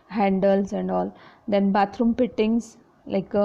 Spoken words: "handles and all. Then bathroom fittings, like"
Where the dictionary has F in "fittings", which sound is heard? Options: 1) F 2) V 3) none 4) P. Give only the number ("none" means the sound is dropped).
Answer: 4